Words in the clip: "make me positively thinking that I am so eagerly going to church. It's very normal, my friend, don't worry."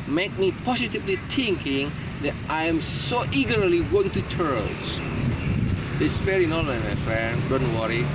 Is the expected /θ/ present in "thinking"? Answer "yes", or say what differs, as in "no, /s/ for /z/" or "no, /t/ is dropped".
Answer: no, /t/ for /θ/